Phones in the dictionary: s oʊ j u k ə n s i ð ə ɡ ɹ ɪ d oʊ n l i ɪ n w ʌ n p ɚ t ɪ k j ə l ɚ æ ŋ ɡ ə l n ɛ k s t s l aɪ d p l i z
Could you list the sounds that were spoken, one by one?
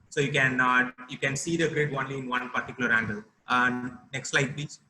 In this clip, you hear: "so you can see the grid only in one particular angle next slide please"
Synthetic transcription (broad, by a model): s oʊ j u k ə n s i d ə ɡ ɹ ɪ d oʊ n l i ɪ n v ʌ n p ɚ t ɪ k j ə l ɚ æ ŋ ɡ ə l n ɛ k s t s l aɪ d p l i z